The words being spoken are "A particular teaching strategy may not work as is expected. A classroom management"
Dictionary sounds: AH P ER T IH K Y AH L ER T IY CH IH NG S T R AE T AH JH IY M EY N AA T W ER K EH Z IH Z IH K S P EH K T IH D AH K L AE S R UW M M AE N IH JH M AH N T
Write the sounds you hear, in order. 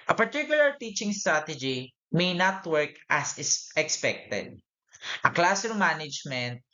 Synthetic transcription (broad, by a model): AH P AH T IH K Y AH L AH T IY CH IH NG S T R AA T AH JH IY M EY N AA T W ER K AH S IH S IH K S P EH K T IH D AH K L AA S EH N M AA N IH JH M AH N T